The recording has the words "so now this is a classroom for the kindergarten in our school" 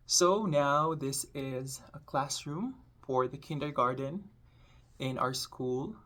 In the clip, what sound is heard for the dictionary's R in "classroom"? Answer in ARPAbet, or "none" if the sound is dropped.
R